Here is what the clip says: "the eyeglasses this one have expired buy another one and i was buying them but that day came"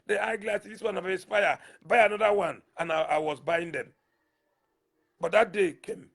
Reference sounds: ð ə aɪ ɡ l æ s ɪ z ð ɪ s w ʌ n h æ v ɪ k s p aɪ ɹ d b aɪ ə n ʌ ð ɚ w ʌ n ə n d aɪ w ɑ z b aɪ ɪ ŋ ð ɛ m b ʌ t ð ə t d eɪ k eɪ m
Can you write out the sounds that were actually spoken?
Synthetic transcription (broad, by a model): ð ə aɪ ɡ l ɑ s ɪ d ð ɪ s w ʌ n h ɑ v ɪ s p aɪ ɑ b aɪ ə n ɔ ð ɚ w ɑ n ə n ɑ aɪ w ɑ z b aɪ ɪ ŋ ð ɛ m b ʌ t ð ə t d eɪ k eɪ m